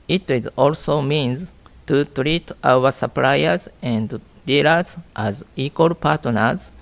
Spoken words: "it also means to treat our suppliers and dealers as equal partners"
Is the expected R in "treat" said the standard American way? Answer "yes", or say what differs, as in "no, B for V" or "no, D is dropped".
yes